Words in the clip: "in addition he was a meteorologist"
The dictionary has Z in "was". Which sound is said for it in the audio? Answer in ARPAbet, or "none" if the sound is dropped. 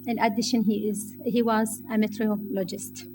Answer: Z